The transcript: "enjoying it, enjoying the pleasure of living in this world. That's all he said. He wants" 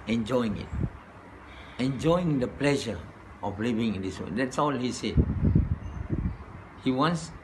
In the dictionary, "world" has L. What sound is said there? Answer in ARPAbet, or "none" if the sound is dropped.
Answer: none